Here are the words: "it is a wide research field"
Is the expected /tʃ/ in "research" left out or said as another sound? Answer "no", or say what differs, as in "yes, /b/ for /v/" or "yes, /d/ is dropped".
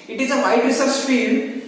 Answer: yes, /s/ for /tʃ/